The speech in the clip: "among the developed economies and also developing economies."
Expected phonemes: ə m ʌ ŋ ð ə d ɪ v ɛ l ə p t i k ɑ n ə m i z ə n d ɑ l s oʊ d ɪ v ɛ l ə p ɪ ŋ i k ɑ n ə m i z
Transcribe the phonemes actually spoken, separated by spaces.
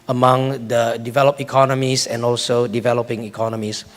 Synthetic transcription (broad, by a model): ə m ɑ ŋ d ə d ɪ v ɛ l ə p i k ɑ n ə m i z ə n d ɑ l s oʊ d ɪ v ɛ l ə p ɪ ŋ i k ɑ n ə m i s